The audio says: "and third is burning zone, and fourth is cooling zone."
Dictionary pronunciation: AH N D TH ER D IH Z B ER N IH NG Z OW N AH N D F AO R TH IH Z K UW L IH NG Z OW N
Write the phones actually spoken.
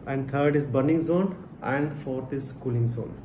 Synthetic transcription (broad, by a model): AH N D T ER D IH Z B ER N IH NG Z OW N AH N D F AO R T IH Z K UW L IH NG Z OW N